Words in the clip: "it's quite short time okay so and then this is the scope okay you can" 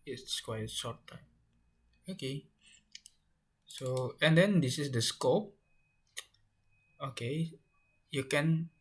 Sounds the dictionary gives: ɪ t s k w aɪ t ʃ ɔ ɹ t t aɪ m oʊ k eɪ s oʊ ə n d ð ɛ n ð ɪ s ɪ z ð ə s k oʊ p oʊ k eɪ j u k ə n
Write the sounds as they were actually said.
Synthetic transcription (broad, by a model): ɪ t s k w aɪ t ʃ ɔ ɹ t t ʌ oʊ k eɪ s oʊ ə n d ɛ n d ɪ s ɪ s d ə s k oʊ p oʊ k eɪ j u k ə n